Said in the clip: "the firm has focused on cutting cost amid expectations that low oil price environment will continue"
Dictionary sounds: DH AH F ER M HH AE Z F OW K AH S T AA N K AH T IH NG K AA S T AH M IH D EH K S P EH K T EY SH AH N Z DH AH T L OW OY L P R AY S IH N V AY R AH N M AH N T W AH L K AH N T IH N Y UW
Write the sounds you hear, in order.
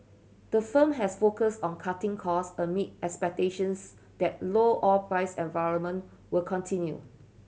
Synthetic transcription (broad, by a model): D AH F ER M HH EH S F OW K AH S T AA N K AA T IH NG K AA S AH M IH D EH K S P EH K T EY SH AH N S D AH T L OW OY P R AY S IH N V AY R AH N M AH N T W AH L K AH N T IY N Y UW